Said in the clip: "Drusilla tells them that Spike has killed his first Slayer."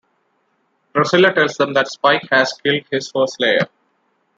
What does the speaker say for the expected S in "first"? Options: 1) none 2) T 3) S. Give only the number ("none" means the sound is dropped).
1